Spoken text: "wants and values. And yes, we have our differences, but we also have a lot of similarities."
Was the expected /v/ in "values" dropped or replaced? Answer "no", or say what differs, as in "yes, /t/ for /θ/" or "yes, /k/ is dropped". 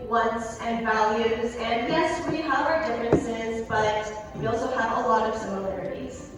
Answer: no